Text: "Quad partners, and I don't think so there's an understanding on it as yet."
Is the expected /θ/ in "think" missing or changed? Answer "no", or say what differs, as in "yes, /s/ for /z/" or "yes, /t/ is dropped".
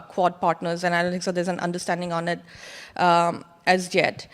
yes, /t/ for /θ/